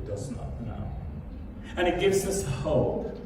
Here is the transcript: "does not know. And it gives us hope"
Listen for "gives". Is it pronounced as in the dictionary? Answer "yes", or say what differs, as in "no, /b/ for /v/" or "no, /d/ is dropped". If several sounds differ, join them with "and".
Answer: yes